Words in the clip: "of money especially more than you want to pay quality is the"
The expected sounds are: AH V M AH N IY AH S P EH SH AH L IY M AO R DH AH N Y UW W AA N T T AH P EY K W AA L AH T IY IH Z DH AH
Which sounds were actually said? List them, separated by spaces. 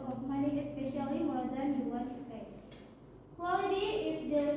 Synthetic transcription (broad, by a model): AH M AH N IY AH S P EH SH AH L IY M AO R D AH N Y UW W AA T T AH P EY K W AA L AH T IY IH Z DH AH